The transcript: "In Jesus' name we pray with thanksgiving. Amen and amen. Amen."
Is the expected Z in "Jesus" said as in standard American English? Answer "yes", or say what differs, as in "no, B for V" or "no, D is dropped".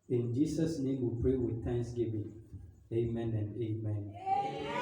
no, S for Z